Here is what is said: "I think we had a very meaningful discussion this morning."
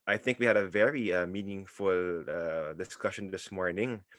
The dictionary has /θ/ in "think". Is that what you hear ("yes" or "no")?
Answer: yes